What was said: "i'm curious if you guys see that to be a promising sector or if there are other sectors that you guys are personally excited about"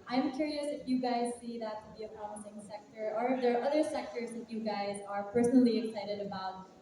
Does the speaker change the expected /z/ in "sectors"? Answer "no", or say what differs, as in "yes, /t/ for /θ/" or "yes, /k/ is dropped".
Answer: no